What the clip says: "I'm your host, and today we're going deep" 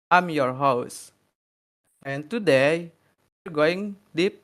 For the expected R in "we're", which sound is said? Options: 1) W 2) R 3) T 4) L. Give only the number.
2